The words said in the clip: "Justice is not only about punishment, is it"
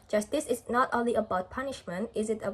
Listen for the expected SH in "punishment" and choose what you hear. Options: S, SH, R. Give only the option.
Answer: SH